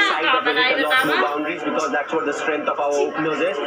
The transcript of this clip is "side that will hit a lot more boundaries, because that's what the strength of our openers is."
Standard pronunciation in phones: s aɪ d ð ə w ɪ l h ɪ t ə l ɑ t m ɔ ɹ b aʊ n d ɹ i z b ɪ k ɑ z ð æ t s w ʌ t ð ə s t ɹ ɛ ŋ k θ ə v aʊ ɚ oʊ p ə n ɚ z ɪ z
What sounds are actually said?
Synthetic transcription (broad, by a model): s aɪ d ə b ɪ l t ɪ ə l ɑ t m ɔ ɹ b aʊ n d ɹ i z b ɪ k ɑ z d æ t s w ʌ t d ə s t ɹ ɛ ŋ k t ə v aʊ ɚ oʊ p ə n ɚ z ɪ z